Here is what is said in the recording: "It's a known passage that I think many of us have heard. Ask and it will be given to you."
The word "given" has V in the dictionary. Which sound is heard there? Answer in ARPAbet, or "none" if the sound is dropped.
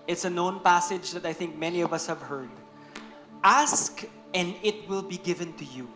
V